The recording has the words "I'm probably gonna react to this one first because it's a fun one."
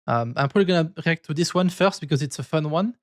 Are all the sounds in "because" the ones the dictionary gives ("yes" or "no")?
yes